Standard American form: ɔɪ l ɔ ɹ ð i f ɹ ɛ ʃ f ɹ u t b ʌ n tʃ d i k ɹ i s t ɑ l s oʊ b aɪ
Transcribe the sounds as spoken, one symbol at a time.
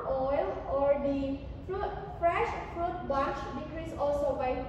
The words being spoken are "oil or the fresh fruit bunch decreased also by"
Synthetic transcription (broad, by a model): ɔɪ l ɔ ɹ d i f ɹ ɛ ʃ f ɹ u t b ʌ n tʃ d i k ɹ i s ɑ l s oʊ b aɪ